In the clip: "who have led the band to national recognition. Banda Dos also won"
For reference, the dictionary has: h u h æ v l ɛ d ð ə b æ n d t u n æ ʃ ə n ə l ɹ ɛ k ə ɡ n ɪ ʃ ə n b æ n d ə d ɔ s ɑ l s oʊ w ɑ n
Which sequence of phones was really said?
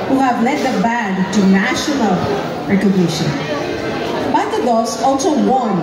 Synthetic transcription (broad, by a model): h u h æ v l ɛ d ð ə b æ d t u n æ ʃ ə n ə l ɹ ɛ k ə ɡ n ɪ ʃ ə n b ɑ d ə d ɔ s ɑ l s oʊ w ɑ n